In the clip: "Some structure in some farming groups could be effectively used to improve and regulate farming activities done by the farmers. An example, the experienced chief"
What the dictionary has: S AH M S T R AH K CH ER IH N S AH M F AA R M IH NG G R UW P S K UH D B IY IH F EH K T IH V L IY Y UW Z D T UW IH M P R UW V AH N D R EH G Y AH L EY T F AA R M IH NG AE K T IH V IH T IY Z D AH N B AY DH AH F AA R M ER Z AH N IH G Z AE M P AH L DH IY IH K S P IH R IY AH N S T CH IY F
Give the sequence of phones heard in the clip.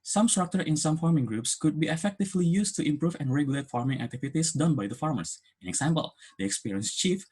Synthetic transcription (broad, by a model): S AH M S T R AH K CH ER IH N S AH M F AA R M IH NG G R UW P S K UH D B IY IH F EH K T IH V L IY Y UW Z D T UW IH M P R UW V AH N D R EH G Y AH L EY T F AA R M IH NG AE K T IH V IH T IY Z D AH N B AY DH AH F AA R M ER S AH N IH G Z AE M P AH L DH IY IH K S P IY R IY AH N S CH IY F